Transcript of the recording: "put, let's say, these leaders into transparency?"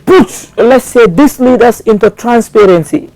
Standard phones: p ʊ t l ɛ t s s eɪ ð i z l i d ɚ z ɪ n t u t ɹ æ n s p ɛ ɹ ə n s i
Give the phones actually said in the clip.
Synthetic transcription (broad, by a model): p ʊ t l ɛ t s s eɪ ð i s l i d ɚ s ɪ n t u t ɹ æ n s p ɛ ɹ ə n s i